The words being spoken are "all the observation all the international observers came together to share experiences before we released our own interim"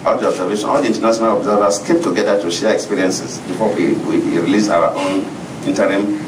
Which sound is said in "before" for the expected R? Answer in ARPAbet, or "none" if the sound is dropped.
W